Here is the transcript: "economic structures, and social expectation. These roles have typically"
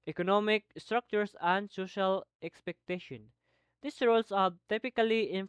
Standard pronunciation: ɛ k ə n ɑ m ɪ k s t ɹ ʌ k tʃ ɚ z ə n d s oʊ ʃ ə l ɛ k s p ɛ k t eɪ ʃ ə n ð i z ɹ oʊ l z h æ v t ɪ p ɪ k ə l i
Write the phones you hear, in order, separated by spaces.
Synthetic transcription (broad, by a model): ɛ k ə n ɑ m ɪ k s t ɹ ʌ k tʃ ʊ s ə n d s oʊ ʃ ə l ɛ k s p ɛ k t eɪ ʃ ə n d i s ɹ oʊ l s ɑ t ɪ p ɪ k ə l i